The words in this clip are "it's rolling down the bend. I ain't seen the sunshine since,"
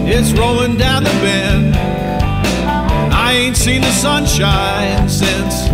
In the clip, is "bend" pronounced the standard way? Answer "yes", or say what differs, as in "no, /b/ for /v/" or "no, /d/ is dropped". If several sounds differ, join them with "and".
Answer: no, /d/ is dropped